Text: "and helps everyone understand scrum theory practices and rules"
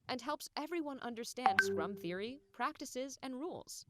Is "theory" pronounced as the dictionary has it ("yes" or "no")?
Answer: yes